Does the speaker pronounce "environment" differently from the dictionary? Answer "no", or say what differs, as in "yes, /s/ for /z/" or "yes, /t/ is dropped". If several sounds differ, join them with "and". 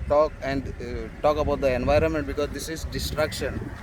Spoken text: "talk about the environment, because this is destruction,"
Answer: no